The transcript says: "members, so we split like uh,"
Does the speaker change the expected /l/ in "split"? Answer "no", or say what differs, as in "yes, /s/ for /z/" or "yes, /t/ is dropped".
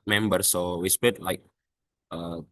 yes, /l/ is dropped